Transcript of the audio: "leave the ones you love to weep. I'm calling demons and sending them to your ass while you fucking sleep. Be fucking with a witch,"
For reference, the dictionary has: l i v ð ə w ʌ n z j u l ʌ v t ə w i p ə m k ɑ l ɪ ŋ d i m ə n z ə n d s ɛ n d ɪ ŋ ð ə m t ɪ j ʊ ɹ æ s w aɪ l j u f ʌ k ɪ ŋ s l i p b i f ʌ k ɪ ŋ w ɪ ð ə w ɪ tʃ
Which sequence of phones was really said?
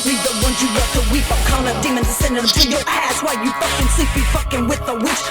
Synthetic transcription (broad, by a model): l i ð ə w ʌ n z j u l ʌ t ə w i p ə k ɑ n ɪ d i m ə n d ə s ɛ n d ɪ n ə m t ɪ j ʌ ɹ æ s w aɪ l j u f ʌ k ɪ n s l i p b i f ʌ k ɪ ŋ w ɪ ð ə w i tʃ